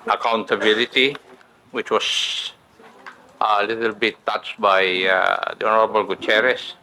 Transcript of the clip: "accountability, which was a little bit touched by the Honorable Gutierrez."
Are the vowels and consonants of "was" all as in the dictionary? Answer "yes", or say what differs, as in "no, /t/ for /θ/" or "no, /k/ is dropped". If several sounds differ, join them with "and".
no, /s/ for /z/